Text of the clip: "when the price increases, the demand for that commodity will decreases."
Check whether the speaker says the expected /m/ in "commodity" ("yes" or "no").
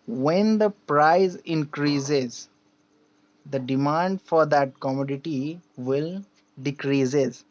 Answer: yes